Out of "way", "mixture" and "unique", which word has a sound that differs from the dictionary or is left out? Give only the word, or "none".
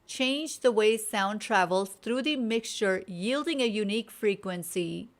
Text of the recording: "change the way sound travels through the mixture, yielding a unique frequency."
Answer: none